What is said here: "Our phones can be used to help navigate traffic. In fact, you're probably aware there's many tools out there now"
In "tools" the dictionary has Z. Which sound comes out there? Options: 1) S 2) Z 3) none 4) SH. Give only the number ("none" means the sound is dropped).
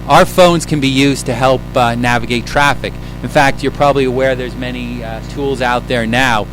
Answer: 2